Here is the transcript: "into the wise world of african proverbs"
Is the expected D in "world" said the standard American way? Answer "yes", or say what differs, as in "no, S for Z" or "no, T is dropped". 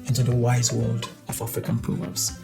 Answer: yes